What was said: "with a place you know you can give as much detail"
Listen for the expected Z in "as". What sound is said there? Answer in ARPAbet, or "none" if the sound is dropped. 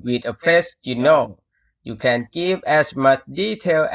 S